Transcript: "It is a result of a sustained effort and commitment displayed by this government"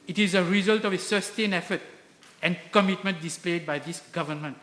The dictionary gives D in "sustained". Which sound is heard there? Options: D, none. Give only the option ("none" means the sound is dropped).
none